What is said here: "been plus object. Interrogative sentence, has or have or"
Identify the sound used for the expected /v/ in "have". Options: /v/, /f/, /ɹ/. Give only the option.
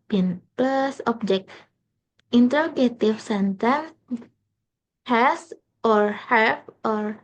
/f/